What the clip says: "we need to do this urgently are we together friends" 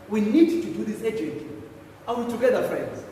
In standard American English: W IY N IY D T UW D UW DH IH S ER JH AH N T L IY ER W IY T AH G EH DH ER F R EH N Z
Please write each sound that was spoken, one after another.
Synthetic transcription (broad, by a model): W IY N IY D T UW D UW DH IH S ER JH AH T N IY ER W IY T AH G EH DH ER F R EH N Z